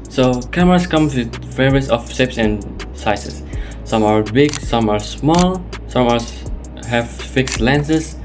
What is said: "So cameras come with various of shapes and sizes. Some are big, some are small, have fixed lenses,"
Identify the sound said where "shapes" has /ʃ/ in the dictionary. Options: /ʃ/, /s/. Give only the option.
/s/